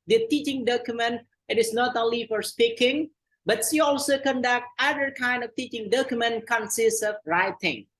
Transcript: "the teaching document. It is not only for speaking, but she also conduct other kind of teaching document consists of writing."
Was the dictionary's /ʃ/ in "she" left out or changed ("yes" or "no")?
yes